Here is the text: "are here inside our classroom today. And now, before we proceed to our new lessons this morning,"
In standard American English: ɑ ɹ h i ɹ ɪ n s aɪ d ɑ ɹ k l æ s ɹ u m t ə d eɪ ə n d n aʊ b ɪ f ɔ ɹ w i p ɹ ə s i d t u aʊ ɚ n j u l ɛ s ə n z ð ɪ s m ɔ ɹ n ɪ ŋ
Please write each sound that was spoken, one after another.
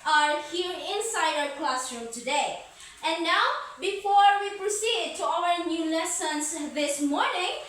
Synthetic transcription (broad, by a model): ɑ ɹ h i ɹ ɪ n s aɪ d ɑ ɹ k l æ s ɹ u m t ə d eɪ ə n n aʊ b ɪ f ɔ ɹ w i p ɹ ə s i d t u aʊ ɚ n j u l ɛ s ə n s ð ɪ s m ɔ ɹ n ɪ ŋ